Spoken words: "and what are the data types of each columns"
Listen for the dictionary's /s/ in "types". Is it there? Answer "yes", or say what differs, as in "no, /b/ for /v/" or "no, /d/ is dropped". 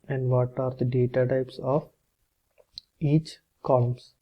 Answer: yes